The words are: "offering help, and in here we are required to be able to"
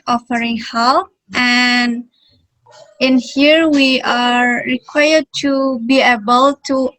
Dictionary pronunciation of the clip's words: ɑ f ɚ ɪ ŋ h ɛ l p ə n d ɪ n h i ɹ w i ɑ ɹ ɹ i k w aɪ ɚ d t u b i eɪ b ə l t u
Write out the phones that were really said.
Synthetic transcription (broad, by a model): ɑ f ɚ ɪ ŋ h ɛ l ə n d ɪ n h i ɹ w i ɑ ɹ ɹ i k w aɪ ɚ d t u b i eɪ b ə l t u